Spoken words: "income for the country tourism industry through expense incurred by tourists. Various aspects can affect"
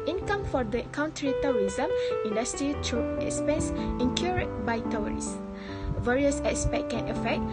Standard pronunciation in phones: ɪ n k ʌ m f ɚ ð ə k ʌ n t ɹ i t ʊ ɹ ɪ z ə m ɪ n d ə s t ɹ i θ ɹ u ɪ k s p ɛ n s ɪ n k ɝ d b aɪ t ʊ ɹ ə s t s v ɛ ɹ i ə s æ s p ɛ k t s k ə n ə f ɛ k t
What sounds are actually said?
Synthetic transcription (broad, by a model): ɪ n k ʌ m f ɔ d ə k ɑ n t ɹ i t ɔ ɹ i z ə m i n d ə s t ɹ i t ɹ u ɪ k s p ɛ n s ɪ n k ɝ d b aɪ t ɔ ɹ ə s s v ɛ ɹ i ə s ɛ s p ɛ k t k ə n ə f ɛ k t